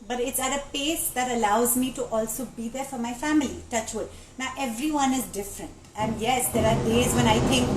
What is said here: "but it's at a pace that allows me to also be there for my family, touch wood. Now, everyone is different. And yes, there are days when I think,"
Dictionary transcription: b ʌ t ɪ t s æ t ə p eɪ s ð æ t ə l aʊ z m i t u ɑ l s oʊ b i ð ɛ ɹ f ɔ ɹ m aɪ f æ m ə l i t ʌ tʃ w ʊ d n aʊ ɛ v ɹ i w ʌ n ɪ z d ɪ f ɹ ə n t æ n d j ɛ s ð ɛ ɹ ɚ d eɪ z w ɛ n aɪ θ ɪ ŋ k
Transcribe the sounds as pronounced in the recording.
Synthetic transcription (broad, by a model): b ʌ t ɪ t s æ t ə p eɪ s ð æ t ə l aʊ z m i t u ɑ l s oʊ b i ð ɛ ɹ f ɔ ɹ m aɪ f æ m ə l i t ʌ tʃ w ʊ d n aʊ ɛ v ɹ i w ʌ n ɪ z d ɪ f ɹ ə n t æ n d j ɛ s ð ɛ ɹ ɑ d eɪ z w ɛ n aɪ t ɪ ŋ k